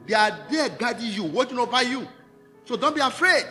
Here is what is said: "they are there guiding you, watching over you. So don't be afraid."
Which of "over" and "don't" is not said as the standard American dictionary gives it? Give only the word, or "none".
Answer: over